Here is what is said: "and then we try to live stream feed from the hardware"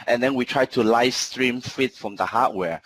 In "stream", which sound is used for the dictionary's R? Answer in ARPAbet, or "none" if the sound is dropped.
R